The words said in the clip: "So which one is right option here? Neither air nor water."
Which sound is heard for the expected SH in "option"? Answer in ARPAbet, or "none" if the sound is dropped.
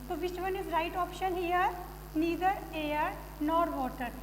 SH